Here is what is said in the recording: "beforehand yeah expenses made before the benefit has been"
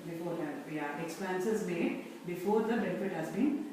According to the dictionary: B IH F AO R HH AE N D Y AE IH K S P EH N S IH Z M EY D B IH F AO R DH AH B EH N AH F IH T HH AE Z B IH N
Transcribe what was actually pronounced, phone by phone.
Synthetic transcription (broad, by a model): B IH F AO R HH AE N Y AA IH K S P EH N S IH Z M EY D B IH F AO R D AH B EH N AH F IH T HH AE Z B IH N